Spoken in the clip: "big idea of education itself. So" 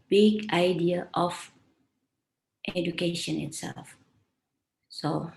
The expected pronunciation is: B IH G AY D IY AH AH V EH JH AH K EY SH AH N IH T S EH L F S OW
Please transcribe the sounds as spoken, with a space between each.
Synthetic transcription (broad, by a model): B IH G AY D IY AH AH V EH JH AH K EY SH AH N IH T S EH L F S OW